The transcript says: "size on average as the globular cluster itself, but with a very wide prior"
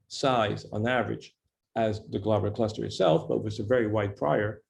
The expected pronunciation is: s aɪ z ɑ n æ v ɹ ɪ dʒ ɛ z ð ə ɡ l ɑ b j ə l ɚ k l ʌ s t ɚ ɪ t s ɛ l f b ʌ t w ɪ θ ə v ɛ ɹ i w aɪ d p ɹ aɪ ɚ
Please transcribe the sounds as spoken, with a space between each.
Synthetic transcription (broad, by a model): s aɪ z n æ v ɹ ɪ dʒ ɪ z ð ə ɡ l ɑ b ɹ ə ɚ k l ʌ s t ɚ ɪ t s ɛ l f b ʌ t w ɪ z ə v ɛ ɹ i w aɪ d p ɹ aɪ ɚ